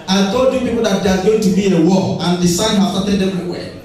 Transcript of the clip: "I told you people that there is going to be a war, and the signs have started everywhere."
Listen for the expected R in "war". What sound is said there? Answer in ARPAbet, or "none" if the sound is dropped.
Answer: L